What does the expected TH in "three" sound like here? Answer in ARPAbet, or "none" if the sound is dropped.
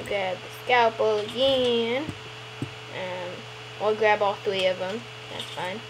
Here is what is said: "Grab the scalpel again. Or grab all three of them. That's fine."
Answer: TH